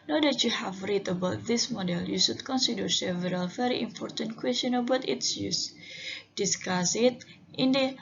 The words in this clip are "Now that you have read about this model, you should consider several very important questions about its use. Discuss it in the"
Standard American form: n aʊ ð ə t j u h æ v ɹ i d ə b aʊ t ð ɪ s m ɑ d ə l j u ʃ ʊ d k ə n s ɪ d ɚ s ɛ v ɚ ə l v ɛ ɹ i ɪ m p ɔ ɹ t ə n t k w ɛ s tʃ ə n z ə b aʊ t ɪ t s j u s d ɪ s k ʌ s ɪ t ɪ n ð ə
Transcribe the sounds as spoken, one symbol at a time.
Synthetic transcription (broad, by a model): n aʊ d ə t j u h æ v ɹ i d ə b aʊ t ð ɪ s m ɑ d ə l j u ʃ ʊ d k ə n s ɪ d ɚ s ɛ v ɚ ə l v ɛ ɹ i ɪ m p ɔ ɹ t ə n t k w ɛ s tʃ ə n ə b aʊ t ɪ t s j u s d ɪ s k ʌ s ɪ t ɪ n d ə